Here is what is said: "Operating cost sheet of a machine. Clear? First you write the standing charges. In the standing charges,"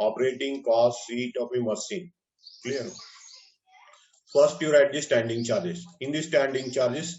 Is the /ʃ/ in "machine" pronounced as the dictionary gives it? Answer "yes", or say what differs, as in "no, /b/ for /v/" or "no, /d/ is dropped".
no, /s/ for /ʃ/